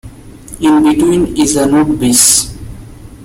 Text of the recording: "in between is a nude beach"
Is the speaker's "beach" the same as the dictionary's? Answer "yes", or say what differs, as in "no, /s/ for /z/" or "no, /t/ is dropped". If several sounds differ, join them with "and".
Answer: no, /s/ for /tʃ/